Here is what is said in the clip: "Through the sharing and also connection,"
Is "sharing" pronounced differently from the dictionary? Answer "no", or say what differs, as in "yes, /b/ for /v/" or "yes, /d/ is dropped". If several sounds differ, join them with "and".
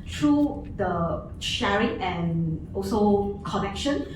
no